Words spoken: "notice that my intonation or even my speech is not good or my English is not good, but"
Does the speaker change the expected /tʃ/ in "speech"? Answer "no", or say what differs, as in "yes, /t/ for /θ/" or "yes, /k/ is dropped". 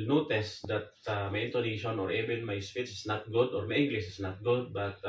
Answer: yes, /s/ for /tʃ/